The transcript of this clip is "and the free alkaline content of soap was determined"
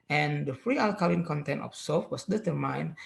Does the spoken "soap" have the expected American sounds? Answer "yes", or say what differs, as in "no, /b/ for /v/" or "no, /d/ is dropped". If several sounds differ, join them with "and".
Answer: no, /f/ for /p/